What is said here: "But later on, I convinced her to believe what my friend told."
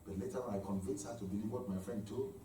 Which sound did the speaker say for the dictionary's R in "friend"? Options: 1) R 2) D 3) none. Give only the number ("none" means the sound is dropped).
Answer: 1